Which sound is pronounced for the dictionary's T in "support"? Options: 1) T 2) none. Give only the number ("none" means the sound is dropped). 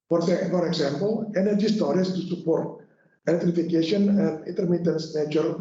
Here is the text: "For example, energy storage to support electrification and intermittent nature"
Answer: 1